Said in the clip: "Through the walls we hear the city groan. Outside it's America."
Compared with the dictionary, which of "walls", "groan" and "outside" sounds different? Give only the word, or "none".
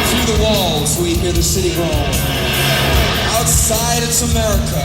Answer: groan